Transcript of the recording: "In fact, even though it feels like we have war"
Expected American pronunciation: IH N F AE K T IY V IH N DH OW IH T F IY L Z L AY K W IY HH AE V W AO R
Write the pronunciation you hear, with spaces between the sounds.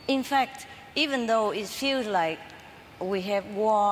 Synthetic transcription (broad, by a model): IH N F AE K T IY V IH N DH OW IH T F IY L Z L AY K W IY HH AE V W AO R